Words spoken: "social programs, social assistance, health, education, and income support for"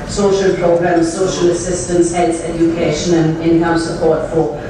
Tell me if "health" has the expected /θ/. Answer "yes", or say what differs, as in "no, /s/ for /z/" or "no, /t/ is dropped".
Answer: no, /s/ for /θ/